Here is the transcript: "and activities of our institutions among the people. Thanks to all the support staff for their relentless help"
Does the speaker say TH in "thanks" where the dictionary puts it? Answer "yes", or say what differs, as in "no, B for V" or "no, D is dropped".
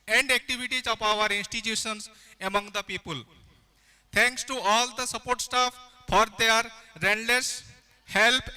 no, T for TH